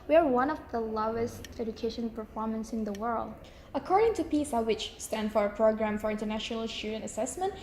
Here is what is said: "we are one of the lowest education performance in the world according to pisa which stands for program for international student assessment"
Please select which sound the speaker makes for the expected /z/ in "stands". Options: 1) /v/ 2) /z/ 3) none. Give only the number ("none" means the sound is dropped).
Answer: 3